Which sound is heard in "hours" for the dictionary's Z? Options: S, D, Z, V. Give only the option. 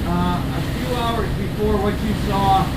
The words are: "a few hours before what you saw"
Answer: Z